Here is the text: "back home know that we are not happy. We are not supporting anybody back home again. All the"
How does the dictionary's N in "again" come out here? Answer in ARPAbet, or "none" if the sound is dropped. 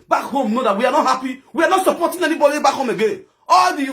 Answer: none